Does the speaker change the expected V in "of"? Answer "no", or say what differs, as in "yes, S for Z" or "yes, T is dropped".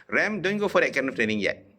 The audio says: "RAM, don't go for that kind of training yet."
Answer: yes, F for V